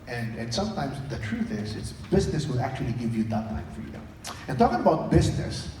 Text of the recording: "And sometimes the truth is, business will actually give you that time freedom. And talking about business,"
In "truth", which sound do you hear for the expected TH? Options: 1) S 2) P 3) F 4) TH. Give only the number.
4